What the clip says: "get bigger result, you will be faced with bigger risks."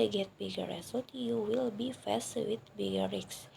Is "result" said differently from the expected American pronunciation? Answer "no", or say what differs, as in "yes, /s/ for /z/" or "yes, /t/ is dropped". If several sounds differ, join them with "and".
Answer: yes, /l/ is dropped